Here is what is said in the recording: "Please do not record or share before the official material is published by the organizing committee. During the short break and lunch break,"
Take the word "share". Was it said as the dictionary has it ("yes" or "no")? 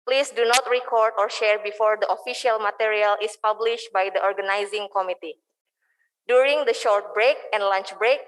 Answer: yes